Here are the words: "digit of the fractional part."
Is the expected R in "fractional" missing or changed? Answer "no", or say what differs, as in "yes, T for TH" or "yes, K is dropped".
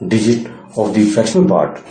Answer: yes, R is dropped